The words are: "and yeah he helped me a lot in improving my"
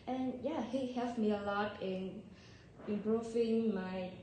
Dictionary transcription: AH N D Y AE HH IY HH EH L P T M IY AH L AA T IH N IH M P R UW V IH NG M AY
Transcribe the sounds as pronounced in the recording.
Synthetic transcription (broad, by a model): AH N Y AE HH IY HH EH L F M IY AH L AA T IH N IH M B R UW F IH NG M AY